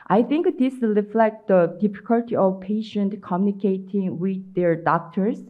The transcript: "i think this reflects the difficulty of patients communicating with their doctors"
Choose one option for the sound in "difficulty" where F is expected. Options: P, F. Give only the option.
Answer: F